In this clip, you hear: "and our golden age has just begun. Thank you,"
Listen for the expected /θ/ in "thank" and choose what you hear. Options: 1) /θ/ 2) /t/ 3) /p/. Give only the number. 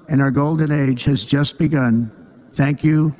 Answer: 1